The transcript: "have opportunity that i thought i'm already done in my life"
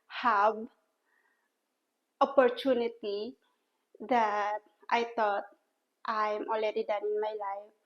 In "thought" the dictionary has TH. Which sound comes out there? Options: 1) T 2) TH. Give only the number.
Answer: 1